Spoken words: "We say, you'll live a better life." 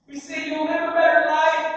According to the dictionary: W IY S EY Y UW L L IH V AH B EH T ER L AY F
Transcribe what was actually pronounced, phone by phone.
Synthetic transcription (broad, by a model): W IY S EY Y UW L N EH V AH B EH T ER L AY